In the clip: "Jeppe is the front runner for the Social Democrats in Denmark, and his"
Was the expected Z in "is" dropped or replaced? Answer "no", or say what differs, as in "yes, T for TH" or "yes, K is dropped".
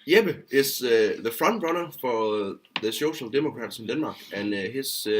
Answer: yes, S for Z